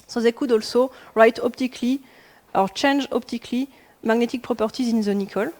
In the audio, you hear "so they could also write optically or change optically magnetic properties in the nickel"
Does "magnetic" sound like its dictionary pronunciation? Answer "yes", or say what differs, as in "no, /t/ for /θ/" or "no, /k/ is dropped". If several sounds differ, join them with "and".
yes